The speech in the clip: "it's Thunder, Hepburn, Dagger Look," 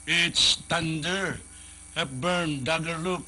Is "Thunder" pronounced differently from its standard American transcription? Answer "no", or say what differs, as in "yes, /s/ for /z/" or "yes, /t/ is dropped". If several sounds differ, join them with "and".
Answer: yes, /t/ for /θ/